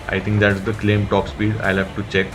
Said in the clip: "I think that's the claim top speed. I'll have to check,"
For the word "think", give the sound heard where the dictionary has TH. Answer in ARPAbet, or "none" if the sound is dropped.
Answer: T